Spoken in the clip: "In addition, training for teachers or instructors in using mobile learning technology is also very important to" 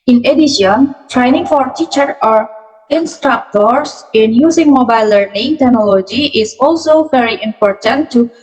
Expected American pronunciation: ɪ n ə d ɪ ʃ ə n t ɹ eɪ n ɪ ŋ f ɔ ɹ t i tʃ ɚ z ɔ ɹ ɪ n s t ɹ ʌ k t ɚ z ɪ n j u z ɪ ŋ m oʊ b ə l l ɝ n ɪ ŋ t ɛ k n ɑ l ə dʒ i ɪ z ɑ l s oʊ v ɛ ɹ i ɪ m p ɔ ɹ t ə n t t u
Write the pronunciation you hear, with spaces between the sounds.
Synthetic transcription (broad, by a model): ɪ n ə d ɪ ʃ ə n t ɹ eɪ n ɪ ŋ f ɔ ɹ t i tʃ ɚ ɔ ɹ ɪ n s t ɹ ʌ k t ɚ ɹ ɪ n j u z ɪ ŋ m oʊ b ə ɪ l ɝ n ɪ ŋ t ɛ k n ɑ l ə dʒ i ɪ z ɑ l s oʊ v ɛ ɹ i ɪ m p ɔ ɹ t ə n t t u